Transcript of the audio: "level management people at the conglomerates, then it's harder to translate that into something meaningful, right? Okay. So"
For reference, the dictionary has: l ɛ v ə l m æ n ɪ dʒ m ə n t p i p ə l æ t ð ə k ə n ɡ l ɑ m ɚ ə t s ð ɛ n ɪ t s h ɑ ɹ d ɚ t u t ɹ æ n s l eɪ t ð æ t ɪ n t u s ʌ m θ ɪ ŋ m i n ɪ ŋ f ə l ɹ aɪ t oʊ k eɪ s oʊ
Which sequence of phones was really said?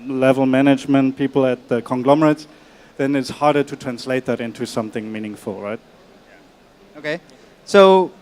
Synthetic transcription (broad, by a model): l ɛ v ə l m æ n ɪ dʒ m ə n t p i p ə l æ t ð ə k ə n ɡ l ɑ m ɚ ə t s ð ɛ n ɪ t s h ɑ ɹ d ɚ t u t ɹ æ n s l eɪ t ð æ t ɪ n t u s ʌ m θ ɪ ŋ m i n ɪ ŋ f ə l ɹ aɪ t oʊ k eɪ s oʊ